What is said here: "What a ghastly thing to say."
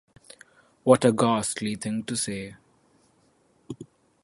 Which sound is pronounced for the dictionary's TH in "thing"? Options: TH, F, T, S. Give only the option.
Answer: T